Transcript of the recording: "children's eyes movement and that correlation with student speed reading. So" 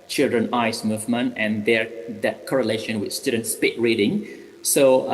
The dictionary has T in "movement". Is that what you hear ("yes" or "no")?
no